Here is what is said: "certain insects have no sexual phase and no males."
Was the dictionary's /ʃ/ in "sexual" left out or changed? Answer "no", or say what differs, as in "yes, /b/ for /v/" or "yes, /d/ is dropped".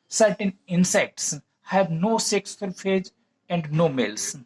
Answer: yes, /s/ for /ʃ/